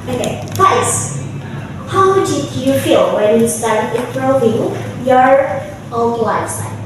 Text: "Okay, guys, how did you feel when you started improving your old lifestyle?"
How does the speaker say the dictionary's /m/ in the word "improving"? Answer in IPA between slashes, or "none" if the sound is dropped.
none